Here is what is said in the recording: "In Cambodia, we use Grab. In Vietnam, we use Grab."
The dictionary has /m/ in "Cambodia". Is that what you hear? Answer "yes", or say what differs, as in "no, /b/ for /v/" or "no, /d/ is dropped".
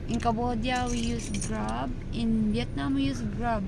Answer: no, /m/ is dropped